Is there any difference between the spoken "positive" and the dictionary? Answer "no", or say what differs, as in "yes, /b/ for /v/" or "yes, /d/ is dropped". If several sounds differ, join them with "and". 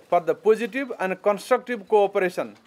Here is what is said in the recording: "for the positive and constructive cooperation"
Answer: yes, /b/ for /v/